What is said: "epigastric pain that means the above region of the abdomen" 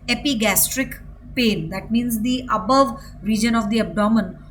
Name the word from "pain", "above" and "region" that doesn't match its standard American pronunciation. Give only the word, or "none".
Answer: none